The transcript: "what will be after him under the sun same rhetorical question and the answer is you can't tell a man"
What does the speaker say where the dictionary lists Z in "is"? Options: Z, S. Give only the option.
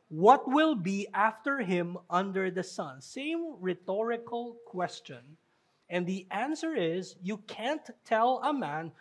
Z